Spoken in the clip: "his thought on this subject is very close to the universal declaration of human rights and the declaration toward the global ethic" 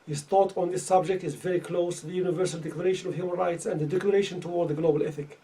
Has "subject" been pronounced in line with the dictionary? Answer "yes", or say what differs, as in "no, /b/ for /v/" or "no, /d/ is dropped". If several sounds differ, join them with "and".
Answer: yes